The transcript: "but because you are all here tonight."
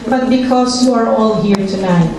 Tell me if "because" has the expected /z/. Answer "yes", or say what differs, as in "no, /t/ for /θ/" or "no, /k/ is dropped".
no, /s/ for /z/